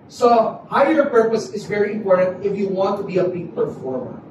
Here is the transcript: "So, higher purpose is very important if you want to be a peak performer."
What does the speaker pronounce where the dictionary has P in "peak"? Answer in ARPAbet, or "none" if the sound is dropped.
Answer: B